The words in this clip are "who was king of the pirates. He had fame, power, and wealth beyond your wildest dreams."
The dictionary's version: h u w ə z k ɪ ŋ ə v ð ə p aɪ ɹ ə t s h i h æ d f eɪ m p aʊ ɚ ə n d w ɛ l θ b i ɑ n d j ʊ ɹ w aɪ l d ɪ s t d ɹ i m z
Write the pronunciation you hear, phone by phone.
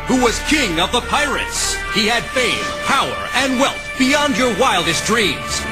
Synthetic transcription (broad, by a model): h u w ə z k ɪ ŋ ə v ð ə p aɪ ɹ ə t s h i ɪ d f eɪ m p aʊ ɚ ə n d w ɛ l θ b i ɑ n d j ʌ ɹ w aɪ l d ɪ s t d ɹ i m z